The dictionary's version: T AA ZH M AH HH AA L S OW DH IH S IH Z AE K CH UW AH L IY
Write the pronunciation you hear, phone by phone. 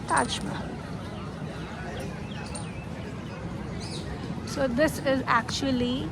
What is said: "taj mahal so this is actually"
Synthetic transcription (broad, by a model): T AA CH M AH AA N S OW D IH S IH Z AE K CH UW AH L IY